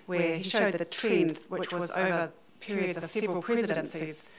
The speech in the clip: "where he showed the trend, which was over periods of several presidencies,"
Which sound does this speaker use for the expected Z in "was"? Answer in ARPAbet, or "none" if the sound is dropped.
Z